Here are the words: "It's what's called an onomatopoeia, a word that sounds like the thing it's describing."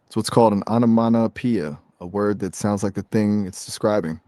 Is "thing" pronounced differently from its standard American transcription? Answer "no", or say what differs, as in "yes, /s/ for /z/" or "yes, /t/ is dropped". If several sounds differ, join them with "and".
no